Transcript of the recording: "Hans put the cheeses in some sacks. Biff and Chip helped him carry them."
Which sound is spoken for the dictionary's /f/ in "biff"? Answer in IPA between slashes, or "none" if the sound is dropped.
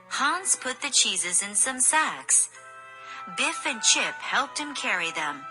/f/